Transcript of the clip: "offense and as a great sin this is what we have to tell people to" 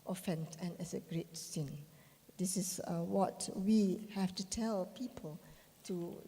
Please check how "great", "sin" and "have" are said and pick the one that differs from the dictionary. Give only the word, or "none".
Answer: have